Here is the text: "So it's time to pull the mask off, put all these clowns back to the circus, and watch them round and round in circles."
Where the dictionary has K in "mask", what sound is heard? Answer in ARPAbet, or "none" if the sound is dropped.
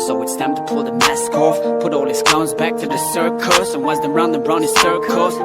K